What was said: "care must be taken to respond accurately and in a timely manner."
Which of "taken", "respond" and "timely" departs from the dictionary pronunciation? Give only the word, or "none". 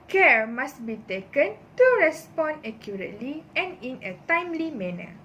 respond